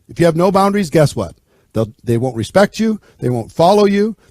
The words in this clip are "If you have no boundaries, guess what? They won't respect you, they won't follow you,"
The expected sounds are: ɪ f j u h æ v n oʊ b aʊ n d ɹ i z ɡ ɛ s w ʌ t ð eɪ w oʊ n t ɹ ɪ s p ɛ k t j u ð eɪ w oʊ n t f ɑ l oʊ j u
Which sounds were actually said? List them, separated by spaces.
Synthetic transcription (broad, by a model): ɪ f j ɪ v n oʊ b aʊ n d ɹ i z ɡ ɛ s w ʌ t ð eɪ w oʊ n t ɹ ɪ s p ɛ k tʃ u ð eɪ w oʊ n t f ɑ l oʊ j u